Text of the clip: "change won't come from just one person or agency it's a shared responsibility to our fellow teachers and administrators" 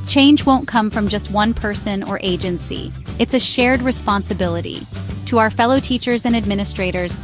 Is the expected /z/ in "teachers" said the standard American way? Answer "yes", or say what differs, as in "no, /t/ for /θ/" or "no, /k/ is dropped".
yes